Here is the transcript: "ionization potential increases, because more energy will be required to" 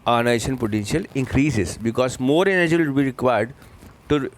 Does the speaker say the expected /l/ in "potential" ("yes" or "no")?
yes